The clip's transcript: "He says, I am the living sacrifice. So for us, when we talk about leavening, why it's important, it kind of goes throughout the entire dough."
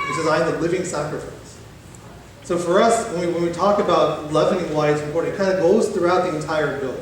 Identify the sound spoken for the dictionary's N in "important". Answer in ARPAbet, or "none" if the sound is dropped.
none